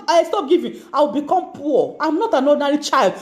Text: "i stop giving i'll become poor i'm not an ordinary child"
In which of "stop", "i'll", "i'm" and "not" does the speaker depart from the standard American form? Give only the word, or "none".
i'll